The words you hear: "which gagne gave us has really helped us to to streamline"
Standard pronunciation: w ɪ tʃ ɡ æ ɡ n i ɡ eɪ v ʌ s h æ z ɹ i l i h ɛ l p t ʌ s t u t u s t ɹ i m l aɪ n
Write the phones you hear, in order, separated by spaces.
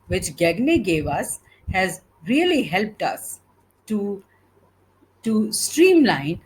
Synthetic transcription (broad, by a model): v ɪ tʃ ɡ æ ɡ n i ɡ eɪ v ʌ s h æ z ɹ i l i h ɛ l p t ʌ s t u t u s t ɹ i m l aɪ n